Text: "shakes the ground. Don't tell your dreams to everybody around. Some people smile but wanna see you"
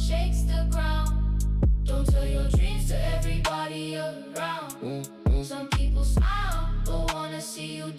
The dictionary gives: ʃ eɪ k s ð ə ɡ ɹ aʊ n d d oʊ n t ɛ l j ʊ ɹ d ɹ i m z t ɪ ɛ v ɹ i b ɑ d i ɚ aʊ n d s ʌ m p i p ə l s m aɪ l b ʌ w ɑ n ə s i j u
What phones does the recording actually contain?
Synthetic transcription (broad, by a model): ʃ eɪ k s ð ə ɡ ɹ aʊ n d d oʊ n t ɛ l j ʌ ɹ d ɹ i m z t ɪ ɛ v ɹ i b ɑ d i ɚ aʊ n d s ʌ m p i p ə l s aɪ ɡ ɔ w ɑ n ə s i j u